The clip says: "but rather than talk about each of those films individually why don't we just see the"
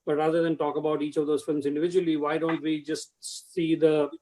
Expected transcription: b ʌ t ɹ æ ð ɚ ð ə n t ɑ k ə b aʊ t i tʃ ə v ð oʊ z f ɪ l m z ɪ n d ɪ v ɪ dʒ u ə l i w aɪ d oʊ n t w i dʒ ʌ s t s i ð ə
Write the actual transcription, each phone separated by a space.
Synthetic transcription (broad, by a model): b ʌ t ɹ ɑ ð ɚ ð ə n t ɑ k ə b aʊ t i tʃ ə v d oʊ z f ɪ l m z ɪ n d ɪ v ɪ dʒ u ə l i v aɪ d oʊ n t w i dʒ ʌ s t s i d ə